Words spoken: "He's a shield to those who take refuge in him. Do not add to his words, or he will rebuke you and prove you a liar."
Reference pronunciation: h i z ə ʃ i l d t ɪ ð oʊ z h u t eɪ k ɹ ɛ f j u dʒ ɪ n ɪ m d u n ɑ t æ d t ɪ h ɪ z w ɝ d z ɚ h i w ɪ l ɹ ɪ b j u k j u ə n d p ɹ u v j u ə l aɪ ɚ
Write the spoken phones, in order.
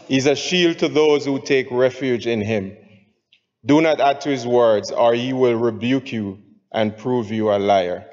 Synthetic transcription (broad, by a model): h i z ə ʃ i l d t ɪ ð oʊ z h u t eɪ k ɹ ɛ f j u dʒ ɪ n ɪ m d u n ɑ t æ d t ɪ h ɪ z w ɝ d z ɚ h i w ɪ l ɹ ɪ b j u k j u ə n p ɹ u v j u ə l aɪ ɚ